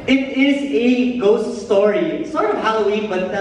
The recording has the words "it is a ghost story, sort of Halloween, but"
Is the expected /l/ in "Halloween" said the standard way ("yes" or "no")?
yes